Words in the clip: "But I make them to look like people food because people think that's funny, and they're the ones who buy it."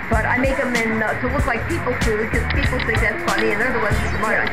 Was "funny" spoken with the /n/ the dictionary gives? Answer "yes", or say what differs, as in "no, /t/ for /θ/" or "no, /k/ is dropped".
no, /l/ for /n/